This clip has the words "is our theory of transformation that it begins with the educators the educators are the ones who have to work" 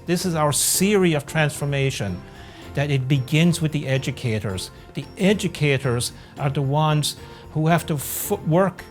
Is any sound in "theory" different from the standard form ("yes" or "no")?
yes